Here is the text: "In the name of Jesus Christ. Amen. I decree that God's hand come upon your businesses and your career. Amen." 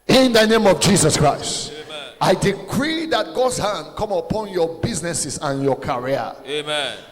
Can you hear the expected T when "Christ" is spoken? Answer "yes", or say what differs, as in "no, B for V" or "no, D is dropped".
yes